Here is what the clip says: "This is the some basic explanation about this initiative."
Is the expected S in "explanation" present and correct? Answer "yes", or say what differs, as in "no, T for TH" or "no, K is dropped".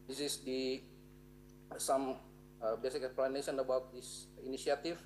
no, S is dropped